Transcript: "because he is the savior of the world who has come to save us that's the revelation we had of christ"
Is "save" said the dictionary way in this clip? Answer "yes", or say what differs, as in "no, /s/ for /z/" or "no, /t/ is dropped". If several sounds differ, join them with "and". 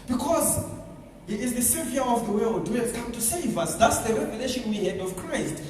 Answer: yes